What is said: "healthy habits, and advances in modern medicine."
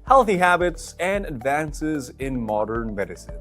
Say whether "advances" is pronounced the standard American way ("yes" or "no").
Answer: yes